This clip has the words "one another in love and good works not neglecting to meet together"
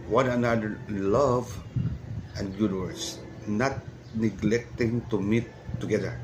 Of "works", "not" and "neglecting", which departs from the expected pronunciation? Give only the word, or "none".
works